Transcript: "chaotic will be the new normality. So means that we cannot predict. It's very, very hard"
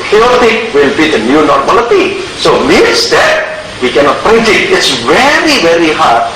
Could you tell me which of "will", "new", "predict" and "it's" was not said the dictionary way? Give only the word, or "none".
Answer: predict